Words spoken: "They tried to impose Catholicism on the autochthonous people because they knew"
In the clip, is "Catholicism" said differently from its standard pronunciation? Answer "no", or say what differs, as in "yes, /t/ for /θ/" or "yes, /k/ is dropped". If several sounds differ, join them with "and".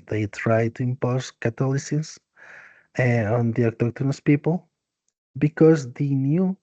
yes, /t/ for /θ/ and /m/ is dropped